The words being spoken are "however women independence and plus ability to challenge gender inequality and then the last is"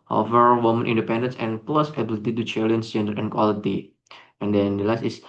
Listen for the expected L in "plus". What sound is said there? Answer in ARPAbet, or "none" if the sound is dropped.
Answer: L